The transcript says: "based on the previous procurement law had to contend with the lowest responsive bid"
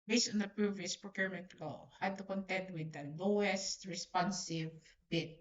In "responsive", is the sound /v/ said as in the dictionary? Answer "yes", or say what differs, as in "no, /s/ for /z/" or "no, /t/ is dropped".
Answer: yes